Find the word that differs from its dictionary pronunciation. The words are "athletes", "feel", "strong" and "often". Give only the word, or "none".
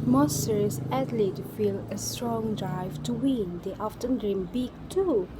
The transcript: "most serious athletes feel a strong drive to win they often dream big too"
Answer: athletes